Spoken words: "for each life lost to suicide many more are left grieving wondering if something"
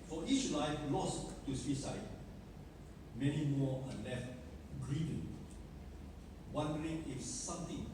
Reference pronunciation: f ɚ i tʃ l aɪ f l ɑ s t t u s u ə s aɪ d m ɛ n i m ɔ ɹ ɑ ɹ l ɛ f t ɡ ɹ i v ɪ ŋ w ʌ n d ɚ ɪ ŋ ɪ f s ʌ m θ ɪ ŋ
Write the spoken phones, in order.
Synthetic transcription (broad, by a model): f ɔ i tʃ l aɪ f l ɑ s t t u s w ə s aɪ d m ɛ n i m ɔ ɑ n l ɛ f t ɡ ɹ i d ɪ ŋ w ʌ n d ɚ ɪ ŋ ɪ f s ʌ m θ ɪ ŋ